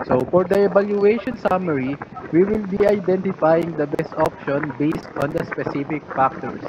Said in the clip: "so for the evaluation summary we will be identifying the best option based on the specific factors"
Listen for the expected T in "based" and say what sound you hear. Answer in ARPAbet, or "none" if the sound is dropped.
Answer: T